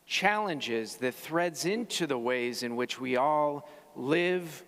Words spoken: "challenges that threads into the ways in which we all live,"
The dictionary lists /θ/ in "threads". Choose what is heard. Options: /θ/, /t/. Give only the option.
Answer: /θ/